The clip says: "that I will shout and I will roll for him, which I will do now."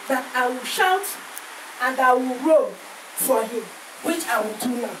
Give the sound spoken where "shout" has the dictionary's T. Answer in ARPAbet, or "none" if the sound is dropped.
T